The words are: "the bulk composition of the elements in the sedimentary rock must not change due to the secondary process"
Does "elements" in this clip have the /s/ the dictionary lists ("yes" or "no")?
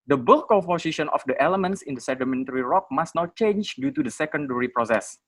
yes